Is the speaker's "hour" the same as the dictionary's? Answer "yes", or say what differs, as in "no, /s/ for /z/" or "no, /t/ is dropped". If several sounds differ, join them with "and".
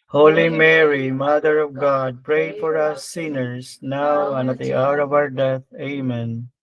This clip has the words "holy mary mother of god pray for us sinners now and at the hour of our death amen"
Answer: yes